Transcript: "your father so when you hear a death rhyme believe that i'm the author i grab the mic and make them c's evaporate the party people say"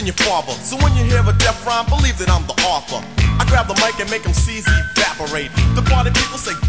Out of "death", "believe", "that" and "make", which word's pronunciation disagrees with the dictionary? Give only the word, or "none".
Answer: death